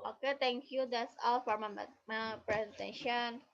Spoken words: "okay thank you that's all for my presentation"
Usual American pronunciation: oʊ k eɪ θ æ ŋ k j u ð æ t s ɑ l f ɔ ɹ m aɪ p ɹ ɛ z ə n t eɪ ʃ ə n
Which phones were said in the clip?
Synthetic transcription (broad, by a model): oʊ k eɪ t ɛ ŋ k j u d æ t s ɑ l f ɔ ɹ m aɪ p ɹ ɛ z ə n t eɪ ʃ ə n